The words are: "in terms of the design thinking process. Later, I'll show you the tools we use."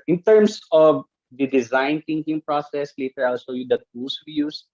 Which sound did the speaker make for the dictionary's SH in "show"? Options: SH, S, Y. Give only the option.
S